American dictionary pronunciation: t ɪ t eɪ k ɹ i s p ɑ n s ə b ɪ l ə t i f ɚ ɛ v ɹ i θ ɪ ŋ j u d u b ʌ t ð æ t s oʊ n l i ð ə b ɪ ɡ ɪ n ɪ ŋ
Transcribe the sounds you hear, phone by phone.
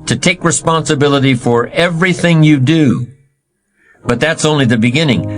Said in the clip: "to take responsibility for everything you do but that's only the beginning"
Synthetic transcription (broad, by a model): t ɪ t eɪ k ɹ i s p ɑ n s ə b ɪ l ə t i f ɚ ɛ v ɹ i θ ɪ ŋ j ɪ d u b ʌ t ð æ t s oʊ n l i ð ə b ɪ ɡ ɪ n ɪ ŋ